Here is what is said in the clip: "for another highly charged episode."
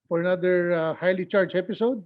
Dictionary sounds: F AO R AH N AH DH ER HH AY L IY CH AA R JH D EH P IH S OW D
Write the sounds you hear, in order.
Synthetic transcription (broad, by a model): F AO R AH N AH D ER HH AY L IY CH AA R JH EH P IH S OW D